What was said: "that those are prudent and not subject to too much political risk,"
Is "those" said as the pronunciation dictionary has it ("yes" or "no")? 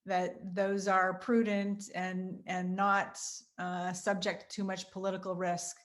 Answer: yes